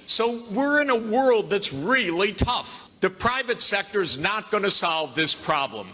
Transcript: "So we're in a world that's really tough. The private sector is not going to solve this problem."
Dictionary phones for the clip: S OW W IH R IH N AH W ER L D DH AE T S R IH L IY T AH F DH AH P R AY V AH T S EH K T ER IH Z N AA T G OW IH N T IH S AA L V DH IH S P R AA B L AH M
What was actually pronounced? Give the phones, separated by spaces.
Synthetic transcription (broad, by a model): S OW W IH R IH N AH W ER L D DH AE T S R IH L IY T AH F DH AH P R AY V AH T S EH K T ER IH Z N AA T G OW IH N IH S AA L V DH IH S P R AA B L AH M